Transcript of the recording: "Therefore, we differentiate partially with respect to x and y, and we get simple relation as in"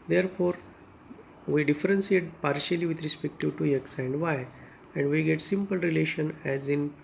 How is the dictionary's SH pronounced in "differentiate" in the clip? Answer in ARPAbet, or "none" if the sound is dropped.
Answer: S